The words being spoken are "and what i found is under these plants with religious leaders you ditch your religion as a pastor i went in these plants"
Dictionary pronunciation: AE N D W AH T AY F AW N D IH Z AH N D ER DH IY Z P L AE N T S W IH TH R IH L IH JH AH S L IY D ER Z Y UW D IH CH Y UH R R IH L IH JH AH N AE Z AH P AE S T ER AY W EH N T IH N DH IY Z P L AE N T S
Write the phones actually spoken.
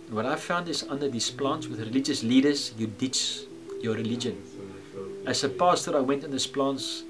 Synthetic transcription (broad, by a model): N W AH T AY F AW N D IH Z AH N D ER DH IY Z P L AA N T S W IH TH R IH L IH JH AH S L IY D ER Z Y UW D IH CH Y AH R R IH L IH JH AH N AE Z AH P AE S T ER AY W EH N T IH N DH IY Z P L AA N T S